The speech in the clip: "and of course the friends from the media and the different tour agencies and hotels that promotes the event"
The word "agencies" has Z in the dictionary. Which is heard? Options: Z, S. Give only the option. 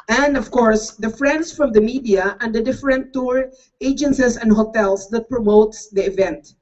S